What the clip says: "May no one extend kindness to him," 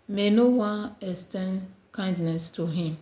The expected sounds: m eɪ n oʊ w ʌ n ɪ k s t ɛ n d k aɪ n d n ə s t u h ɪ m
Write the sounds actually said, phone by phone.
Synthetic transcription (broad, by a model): m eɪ n oʊ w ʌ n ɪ s t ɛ n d k aɪ n d n ə s t u h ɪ m